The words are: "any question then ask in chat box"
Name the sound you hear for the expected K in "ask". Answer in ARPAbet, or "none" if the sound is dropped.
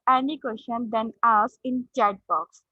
none